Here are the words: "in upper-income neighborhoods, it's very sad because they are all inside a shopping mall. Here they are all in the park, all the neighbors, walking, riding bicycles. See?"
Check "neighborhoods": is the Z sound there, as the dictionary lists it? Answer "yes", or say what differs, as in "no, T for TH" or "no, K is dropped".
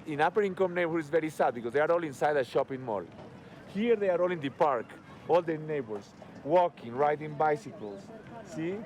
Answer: no, Z is dropped